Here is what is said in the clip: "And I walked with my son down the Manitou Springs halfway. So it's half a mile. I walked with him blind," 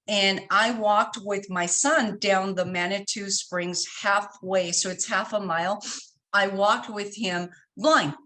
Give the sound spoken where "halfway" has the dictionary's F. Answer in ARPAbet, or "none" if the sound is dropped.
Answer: F